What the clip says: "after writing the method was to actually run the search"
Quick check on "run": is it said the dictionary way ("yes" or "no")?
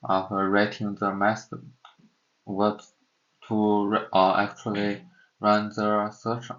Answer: yes